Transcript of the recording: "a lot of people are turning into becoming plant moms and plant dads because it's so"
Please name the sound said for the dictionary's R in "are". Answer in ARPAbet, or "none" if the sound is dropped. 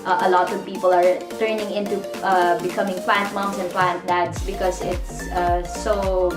R